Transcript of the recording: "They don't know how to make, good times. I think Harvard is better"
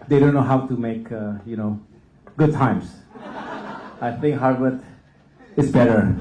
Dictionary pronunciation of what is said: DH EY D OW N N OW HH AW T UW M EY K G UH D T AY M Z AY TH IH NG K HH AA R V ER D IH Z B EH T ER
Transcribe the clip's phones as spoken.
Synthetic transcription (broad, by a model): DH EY D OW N N OW HH AW T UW M EY K G UH D T AY M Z AY TH IH NG K HH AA R W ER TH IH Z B EH T ER